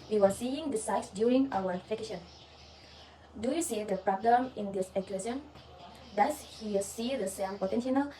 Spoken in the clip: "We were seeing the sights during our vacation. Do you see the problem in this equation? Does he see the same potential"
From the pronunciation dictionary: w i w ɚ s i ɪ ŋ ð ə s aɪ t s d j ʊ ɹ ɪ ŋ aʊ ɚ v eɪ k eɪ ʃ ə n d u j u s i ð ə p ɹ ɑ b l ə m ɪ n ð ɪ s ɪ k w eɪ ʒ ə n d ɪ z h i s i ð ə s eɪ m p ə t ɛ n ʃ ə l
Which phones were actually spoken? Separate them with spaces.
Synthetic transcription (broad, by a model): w i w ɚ s i ɪ ŋ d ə s aɪ t s d j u ɹ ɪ ŋ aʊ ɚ f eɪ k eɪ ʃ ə n d u j u s i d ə p ɹ ɑ b l ə m ɪ n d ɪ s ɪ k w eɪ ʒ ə n d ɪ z h i s i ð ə s eɪ m p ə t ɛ n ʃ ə l